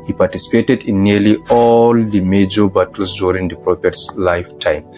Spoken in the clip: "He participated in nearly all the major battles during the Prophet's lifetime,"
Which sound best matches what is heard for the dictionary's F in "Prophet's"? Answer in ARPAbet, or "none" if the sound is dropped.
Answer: P